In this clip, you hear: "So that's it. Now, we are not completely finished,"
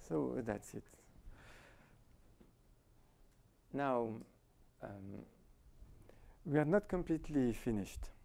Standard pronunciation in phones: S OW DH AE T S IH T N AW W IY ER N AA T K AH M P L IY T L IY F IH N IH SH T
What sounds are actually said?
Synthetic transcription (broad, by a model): S OW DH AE T S IH T N AW W IY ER N AA T K AH M P L IY T L IY F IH N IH SH T